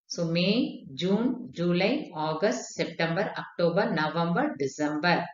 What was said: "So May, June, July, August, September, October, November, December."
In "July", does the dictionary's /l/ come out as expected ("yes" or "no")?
yes